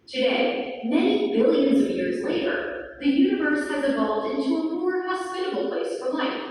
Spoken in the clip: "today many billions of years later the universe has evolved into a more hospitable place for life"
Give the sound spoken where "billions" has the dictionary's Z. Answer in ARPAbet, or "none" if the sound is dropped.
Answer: Z